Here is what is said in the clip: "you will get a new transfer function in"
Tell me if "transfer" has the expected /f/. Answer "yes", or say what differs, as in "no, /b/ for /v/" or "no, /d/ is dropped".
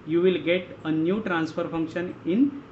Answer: yes